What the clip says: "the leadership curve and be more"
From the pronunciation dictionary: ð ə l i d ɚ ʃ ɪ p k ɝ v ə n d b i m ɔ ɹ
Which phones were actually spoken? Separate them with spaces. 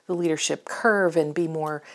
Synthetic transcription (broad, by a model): ð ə l i d ɚ ʃ ɪ p k ɝ v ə n b i m ɔ ɹ